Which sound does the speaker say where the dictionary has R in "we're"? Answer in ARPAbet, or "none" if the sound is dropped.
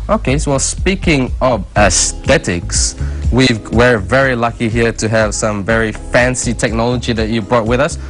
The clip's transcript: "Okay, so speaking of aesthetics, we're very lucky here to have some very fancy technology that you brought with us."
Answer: W